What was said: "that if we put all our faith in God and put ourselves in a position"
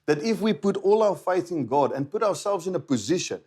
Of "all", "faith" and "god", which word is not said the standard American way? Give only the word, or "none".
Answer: none